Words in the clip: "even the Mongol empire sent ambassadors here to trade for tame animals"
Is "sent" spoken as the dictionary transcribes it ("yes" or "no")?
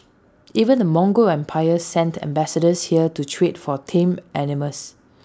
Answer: yes